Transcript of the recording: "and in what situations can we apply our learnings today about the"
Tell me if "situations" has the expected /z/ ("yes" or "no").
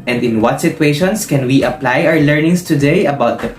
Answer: no